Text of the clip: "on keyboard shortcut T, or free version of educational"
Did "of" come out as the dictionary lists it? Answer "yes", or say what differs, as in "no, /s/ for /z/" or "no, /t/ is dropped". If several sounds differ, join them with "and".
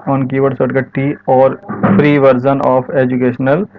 no, /p/ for /v/